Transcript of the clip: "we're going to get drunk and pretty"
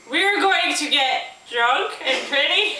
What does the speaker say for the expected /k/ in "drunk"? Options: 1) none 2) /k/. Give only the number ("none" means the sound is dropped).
2